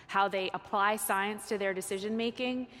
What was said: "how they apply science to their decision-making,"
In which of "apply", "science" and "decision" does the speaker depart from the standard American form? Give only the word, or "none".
none